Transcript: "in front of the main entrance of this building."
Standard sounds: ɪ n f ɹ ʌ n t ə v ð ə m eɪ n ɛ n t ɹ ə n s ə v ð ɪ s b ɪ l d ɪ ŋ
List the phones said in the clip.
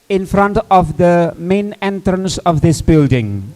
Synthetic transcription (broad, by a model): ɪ n f ɹ ʌ n t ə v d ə m eɪ n ɛ n t ɹ ə n s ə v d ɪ s b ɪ l d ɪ ŋ